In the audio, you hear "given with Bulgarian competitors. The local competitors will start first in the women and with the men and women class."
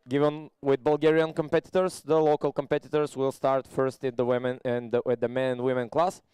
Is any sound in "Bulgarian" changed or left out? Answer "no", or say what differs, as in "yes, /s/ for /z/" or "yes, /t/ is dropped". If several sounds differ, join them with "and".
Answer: no